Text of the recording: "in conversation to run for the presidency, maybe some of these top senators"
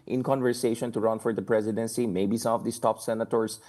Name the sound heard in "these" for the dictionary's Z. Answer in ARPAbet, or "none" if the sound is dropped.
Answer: S